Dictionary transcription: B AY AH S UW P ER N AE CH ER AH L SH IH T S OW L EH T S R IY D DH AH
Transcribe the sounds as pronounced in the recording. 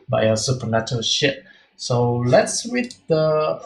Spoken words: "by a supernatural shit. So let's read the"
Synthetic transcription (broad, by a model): B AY AH S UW P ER N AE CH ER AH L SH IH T S OW L EH T S W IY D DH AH